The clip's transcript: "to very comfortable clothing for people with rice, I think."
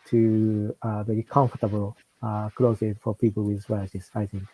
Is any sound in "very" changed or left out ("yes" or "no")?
yes